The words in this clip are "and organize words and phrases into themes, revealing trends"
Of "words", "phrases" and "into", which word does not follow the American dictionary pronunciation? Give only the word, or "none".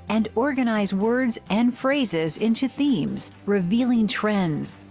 none